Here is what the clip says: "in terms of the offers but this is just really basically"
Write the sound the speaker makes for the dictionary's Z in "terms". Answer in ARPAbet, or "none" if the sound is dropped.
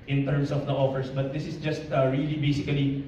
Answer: S